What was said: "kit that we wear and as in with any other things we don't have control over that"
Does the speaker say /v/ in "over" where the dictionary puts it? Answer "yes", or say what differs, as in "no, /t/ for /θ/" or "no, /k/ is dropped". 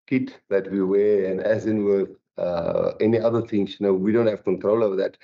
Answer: no, /v/ is dropped